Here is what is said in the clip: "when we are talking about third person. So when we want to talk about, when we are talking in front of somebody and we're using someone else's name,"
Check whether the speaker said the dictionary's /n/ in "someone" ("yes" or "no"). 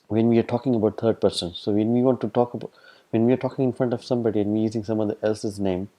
no